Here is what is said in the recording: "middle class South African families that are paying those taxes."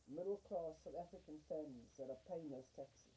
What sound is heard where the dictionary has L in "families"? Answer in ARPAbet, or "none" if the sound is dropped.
none